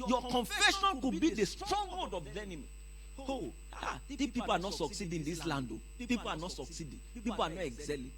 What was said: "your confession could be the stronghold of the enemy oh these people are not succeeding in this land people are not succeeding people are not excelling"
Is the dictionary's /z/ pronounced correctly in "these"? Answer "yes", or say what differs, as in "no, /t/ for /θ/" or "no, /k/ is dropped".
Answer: no, /z/ is dropped